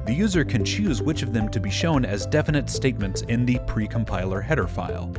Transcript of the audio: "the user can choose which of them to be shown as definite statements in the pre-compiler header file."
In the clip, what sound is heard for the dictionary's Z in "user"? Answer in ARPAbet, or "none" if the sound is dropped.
Z